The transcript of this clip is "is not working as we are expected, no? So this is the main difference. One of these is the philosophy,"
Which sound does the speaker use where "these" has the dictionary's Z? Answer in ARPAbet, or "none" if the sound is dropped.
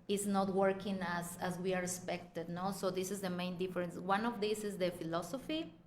S